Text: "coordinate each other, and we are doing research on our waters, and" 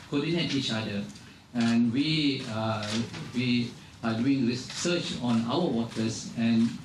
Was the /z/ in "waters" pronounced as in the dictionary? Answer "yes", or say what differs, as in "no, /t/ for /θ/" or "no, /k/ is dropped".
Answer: no, /s/ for /z/